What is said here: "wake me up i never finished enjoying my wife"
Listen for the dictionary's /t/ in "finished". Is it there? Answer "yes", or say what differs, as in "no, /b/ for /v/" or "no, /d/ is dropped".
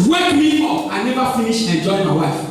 no, /t/ is dropped